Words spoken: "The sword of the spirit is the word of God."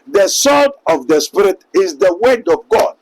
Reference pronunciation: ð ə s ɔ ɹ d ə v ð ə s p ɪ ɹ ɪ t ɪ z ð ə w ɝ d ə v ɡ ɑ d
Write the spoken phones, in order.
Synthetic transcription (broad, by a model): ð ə s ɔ l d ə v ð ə s p ɪ ɹ ɪ t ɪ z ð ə w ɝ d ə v ɡ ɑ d